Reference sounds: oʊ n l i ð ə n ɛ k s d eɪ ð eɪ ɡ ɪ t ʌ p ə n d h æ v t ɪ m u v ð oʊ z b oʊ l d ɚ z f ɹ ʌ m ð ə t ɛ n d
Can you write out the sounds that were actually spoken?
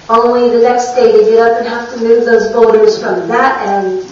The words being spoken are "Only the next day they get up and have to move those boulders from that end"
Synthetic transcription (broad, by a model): oʊ n l i ð ə n ɛ k s d eɪ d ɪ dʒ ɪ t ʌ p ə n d h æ f t ɪ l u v ð oʊ z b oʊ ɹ d ɚ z f ɹ ʌ m ð ə t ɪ n